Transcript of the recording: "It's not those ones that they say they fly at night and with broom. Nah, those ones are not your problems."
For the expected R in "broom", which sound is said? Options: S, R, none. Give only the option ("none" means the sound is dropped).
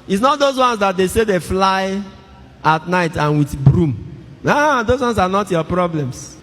R